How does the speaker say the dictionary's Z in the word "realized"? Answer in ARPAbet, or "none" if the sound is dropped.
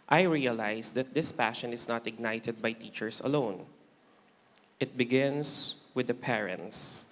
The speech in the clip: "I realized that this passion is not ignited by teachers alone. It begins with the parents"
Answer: S